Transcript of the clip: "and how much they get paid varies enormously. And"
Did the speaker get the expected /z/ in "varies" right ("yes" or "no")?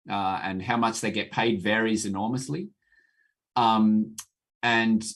yes